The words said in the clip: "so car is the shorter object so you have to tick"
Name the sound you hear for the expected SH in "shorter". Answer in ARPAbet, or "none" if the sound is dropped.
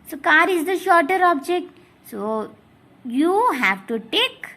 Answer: SH